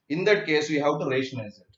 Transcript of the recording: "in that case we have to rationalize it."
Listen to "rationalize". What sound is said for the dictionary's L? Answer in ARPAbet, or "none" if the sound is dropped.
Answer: none